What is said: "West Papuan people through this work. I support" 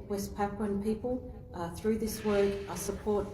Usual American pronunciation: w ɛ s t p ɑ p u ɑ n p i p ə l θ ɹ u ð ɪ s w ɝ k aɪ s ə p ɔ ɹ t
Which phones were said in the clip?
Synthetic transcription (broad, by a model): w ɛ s p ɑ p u n p i p ə l θ ɹ u ð ɪ s w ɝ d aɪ s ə p ɔ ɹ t